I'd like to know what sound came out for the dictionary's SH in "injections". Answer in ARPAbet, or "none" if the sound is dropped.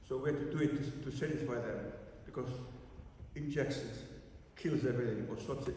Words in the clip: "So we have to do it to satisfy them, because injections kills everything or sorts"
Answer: S